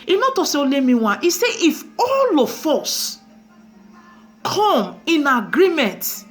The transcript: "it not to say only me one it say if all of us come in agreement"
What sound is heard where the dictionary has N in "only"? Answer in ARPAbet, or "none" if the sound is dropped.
none